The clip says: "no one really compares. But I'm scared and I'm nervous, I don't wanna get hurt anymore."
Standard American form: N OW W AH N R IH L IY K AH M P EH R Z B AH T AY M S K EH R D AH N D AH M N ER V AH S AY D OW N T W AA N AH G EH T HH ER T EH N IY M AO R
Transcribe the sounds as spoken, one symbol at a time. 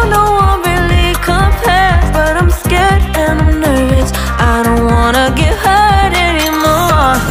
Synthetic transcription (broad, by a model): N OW W AH N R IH L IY K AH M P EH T B AH T AY M S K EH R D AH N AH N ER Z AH IH D OW N T W AA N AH G EH T HH ER T EH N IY M AO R